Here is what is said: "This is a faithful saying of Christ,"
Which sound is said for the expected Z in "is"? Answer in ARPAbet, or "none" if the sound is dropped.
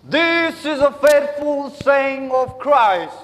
Z